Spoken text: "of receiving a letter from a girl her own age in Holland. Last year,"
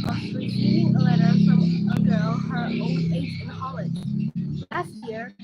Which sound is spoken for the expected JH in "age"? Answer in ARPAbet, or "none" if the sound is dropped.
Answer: SH